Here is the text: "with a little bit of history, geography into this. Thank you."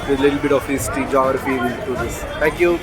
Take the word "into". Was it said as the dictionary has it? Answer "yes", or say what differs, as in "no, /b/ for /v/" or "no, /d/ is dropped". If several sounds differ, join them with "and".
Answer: no, /n/ is dropped